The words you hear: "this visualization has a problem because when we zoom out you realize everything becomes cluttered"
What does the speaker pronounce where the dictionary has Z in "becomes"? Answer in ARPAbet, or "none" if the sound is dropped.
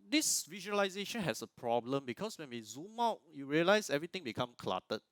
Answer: none